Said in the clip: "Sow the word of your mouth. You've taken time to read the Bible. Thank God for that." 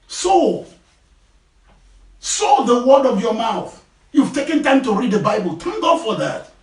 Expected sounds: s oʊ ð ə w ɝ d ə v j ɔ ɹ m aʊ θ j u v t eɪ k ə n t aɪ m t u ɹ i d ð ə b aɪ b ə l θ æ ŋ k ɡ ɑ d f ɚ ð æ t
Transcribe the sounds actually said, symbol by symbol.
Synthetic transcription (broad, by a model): s oʊ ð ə w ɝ d ə v j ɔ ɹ m aʊ θ j u v t eɪ k ə n t aɪ m t u ɹ i d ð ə b aɪ b ə l t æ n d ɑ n f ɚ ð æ t